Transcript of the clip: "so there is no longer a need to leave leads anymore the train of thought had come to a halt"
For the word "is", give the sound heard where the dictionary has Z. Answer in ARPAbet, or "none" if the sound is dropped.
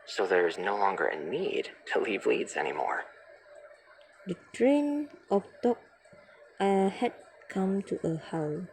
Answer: Z